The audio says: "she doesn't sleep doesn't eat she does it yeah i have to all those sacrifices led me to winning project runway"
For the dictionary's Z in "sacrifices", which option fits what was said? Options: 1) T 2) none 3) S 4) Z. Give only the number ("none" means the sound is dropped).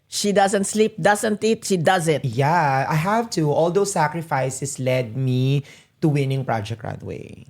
3